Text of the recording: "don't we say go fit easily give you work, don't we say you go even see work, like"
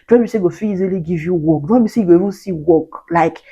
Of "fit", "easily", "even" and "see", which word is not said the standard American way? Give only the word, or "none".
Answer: fit